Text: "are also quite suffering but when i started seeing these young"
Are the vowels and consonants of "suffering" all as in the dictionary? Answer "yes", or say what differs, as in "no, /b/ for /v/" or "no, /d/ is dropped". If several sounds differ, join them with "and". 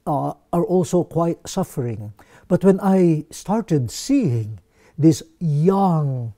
yes